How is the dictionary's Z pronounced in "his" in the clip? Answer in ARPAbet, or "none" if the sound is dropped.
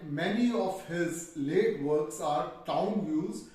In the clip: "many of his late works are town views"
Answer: Z